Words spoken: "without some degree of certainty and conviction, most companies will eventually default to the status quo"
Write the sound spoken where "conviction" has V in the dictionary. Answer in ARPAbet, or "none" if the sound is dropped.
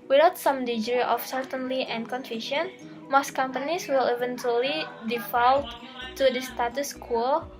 F